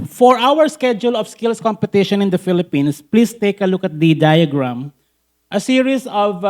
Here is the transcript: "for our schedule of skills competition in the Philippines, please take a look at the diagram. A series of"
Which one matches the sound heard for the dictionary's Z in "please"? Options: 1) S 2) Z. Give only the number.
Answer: 1